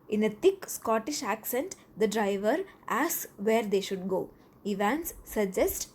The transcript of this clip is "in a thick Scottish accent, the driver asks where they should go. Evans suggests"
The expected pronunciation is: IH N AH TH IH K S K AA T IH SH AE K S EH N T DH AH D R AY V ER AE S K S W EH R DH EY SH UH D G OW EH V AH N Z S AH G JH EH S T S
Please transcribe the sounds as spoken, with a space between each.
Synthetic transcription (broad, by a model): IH N AH T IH K S K AA T IH SH AE K S EH N T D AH D R AY V ER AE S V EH R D EY SH UH D G OW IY V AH N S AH JH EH S T